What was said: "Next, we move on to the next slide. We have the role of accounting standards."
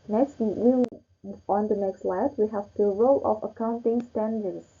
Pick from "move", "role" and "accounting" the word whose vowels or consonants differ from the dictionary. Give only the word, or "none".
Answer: move